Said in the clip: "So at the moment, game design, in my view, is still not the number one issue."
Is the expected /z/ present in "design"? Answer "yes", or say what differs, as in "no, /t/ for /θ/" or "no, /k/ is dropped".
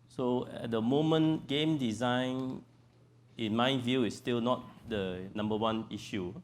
yes